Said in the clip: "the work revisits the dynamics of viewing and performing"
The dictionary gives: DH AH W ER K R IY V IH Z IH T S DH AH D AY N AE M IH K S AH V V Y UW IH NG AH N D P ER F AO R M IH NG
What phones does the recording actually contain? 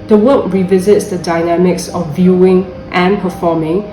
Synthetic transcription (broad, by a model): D AH W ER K R IY V IH Z IH T S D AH D AY N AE M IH K S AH F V Y UW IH NG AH N P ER F AO M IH NG